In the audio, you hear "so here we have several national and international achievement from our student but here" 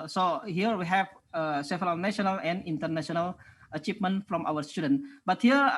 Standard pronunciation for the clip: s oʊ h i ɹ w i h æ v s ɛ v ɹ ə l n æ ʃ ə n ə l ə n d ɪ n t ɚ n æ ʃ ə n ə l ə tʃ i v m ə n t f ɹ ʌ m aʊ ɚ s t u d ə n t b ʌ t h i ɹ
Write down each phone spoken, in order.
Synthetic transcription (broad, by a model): s oʊ h i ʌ w i h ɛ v s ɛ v ə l n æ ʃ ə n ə l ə n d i n t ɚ n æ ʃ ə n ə l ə tʃ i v m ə n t f ɹ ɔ m aʊ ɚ s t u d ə n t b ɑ t h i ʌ